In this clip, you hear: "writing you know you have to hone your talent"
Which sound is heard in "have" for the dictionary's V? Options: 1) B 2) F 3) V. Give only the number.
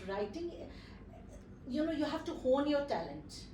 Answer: 2